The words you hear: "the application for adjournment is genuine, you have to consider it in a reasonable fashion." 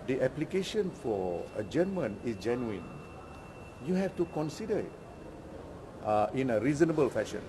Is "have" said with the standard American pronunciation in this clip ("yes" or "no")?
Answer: no